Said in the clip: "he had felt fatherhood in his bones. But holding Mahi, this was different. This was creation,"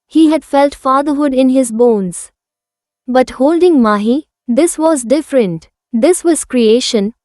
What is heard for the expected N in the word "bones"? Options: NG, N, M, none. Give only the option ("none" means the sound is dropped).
N